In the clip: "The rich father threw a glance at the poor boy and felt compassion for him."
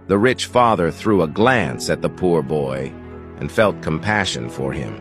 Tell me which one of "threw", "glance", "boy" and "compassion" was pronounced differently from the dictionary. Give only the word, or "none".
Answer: none